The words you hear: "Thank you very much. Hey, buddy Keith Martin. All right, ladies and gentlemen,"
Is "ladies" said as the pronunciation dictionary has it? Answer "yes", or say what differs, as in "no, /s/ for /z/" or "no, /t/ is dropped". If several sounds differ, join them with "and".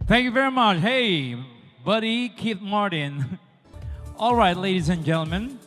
yes